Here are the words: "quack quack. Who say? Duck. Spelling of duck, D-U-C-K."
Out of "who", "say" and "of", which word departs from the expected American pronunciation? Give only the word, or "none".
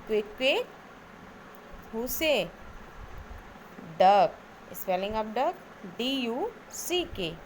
of